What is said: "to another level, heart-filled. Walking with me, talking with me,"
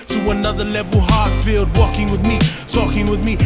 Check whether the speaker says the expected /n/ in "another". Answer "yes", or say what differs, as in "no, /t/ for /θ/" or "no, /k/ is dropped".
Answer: yes